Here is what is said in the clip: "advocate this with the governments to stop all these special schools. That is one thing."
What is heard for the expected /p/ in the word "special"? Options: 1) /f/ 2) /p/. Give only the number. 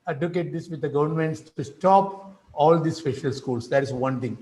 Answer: 1